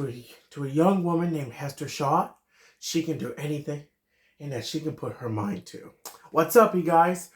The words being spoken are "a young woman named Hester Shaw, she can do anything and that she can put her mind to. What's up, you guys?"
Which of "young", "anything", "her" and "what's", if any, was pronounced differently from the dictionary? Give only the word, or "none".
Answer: none